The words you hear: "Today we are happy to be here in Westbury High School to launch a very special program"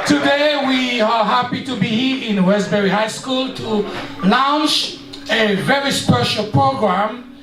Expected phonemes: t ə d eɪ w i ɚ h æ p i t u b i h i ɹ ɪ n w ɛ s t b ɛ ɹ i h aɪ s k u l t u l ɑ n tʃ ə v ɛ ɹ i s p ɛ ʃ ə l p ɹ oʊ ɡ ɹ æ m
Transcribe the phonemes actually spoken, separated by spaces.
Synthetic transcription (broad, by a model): t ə d eɪ w i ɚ h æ p i t u b i h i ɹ ɪ n w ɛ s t b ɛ ɹ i h aɪ s k u l t u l ɑ n s ə v ɛ ɹ i s p ɛ ʃ ə l p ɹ oʊ ɡ ɹ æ m